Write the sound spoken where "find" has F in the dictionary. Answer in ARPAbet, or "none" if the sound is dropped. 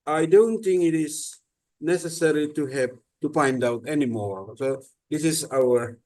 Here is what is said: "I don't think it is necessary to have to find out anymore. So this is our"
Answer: P